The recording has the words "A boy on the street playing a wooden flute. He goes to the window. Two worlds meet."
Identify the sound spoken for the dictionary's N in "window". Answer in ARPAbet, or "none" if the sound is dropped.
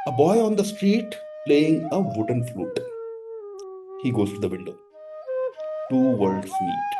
L